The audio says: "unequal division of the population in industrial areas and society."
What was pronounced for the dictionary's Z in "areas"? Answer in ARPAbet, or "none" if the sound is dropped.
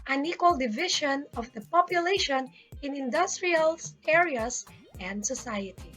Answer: S